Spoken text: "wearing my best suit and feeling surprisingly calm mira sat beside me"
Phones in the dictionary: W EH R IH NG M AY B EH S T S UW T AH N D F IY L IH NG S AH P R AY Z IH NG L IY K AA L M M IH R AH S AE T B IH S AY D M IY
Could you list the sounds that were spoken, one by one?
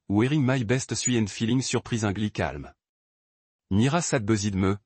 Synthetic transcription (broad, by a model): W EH R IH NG M AY B EH S T S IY AH N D F IY L IH NG S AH P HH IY Z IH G L IY K AA L M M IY R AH S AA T B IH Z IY D M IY